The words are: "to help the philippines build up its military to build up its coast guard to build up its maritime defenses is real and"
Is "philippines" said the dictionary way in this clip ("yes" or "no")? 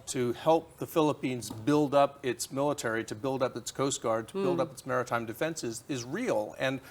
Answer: yes